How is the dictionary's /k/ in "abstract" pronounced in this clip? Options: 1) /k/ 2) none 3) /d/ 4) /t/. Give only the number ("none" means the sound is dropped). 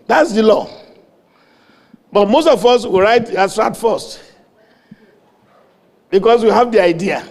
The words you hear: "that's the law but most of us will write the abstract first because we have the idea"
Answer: 2